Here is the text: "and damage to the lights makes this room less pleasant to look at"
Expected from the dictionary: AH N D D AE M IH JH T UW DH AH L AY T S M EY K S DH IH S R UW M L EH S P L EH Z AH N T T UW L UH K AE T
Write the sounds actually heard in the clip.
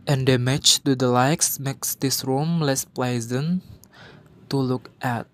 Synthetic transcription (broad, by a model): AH N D D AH M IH CH T UW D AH L AY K S M EY K S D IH S R UW M L EH S P L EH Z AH N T T UW L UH K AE T